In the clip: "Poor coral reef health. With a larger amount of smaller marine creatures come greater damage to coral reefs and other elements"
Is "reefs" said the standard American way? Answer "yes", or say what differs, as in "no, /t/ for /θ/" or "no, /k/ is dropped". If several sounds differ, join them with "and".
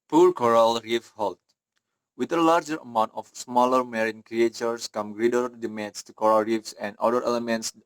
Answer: yes